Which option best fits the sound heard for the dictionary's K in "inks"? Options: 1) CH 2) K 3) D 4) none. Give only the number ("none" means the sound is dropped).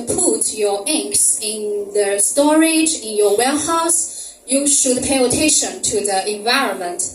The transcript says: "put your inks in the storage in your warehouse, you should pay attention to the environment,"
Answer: 2